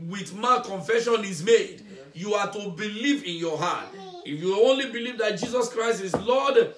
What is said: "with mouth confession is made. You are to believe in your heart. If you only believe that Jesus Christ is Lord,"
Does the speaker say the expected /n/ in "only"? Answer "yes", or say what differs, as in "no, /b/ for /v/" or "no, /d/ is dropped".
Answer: yes